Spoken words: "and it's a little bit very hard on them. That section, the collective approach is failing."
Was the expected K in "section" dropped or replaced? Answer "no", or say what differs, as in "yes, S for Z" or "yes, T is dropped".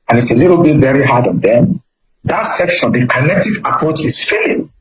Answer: no